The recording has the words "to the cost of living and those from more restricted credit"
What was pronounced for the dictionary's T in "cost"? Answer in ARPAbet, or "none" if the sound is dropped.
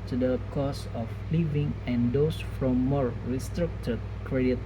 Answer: none